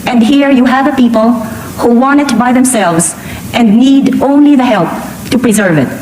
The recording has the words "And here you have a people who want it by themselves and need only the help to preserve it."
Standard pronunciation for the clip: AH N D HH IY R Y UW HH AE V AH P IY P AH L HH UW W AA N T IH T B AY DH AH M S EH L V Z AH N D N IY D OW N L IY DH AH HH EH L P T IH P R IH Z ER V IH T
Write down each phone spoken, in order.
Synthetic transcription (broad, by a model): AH N D HH IY R Y UW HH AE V AH P IY P AH L HH UW W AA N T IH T B AY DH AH M S EH L V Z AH N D N IY D OW N L IY DH AH HH EH L P T IH P R IH Z ER V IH T